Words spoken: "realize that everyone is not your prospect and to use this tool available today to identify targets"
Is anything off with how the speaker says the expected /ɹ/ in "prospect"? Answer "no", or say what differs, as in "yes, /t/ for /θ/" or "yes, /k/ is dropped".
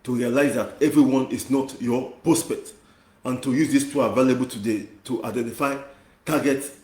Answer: no